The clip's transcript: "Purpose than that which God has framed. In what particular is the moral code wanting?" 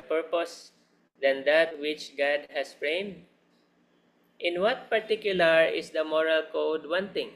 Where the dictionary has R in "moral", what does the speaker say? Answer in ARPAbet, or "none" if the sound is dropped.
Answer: R